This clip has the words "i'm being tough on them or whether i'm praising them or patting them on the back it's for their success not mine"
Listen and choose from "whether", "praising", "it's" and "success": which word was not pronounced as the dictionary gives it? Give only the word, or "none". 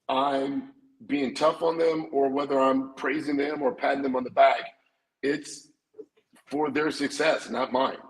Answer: none